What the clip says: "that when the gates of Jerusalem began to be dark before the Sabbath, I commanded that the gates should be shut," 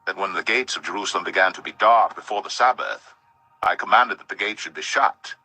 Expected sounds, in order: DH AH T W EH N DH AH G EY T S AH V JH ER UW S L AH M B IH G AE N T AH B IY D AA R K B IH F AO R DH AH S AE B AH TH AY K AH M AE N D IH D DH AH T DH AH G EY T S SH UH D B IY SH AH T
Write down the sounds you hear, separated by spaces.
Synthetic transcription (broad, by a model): DH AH T W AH N DH AH G EY T S AH V JH ER UW S L AH M B IH G AE N T AH B IY D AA R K B IH F AO R DH AH S AE B AH TH AY K AH M AE N D IH D DH AH T DH AH G EY T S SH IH D B IY SH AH T